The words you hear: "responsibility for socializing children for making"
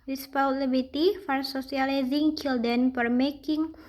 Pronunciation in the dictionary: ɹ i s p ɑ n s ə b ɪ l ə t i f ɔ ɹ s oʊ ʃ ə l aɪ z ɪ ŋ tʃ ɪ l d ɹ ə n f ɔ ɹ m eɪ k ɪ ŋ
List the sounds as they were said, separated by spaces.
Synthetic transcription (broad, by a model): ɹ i s p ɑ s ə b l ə t i f ɔ ɹ s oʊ s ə l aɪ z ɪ ŋ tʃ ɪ l d ə n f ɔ ɹ m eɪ k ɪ ŋ